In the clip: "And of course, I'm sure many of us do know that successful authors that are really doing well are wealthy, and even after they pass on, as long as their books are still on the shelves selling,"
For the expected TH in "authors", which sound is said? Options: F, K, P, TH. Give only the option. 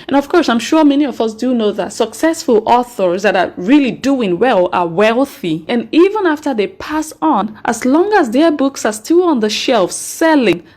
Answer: TH